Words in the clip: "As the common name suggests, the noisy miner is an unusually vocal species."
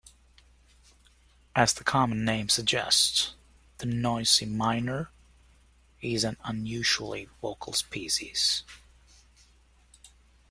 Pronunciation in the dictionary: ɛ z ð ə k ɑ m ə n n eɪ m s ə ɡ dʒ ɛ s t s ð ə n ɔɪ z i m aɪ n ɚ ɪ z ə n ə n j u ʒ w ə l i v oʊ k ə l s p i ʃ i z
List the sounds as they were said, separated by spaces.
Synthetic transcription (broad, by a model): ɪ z ð ə k ɑ m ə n n eɪ m s ə ɡ dʒ ɛ s t s ð ə n ɔɪ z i m aɪ n ɚ ɪ z ə n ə n j u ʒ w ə l i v oʊ k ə l s p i s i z